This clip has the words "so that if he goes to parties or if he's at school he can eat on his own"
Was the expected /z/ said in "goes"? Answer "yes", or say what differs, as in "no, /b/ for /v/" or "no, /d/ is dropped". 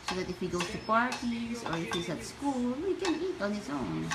no, /s/ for /z/